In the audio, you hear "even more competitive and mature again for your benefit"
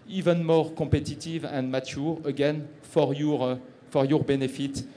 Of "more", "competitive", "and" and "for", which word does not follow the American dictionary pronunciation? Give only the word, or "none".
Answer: competitive